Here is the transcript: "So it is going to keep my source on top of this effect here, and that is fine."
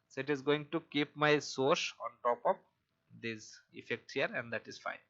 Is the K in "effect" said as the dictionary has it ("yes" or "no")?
yes